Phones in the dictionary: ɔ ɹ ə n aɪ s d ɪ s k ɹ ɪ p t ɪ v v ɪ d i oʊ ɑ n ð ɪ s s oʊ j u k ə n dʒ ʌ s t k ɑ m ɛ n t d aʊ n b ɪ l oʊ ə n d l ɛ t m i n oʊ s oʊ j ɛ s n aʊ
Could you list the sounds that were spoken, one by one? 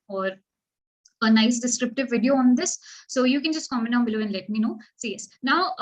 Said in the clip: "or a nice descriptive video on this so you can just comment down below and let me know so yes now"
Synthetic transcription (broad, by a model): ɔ ɹ ə n aɪ s d ɪ s k ɹ ɪ p t ɪ v v ɪ d i oʊ ɑ n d ɪ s s oʊ j u k ə n dʒ ʌ s t k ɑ m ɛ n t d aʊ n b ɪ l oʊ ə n l ɛ t m i n oʊ s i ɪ s n aʊ